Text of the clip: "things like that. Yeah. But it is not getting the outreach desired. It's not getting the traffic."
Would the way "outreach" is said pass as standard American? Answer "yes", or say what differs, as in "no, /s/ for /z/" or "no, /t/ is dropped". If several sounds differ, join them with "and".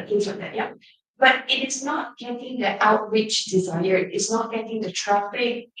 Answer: no, /w/ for /ɹ/